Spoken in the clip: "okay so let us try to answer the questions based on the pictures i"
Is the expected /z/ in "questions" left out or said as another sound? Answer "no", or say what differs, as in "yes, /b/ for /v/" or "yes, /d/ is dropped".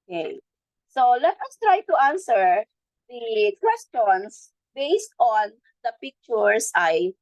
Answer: yes, /s/ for /z/